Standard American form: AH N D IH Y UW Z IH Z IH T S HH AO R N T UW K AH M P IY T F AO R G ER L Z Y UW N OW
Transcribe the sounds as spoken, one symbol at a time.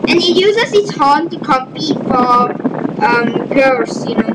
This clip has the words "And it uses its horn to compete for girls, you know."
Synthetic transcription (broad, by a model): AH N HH IH Y UW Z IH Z IH T S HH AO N T UW K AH P IY F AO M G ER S Y UW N OW